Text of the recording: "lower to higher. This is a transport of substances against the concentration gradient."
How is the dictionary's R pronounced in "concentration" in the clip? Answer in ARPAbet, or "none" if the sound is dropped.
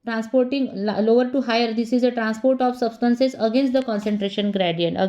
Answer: R